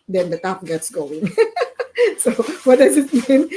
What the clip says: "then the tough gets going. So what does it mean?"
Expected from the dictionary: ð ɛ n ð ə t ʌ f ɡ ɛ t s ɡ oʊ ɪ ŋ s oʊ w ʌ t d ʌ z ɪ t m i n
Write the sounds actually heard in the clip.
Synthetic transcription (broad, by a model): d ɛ n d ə t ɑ p ɡ ɛ t s ɡ oʊ ɪ ŋ s oʊ w ʌ t d ʌ z ɪ t m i n